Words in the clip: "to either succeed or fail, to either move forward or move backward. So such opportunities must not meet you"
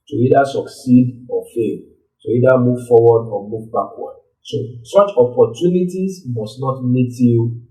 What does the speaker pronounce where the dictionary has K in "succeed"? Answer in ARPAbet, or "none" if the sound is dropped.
K